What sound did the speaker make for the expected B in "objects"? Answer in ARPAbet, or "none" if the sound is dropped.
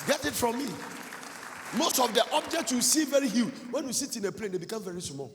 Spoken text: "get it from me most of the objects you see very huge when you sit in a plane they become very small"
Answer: B